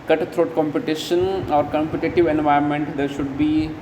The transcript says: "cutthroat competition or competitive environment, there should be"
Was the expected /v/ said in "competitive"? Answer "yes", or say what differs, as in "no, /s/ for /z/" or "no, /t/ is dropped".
yes